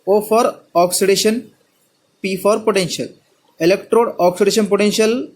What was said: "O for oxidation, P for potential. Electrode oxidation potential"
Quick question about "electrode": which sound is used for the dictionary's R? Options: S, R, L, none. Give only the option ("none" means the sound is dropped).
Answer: R